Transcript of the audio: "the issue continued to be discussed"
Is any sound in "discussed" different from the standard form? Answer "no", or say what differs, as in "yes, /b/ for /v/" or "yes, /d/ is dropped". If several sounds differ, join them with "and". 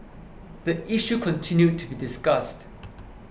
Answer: no